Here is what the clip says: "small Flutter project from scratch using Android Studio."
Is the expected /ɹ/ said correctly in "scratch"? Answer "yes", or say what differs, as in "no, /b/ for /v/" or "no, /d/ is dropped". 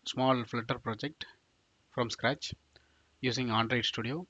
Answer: yes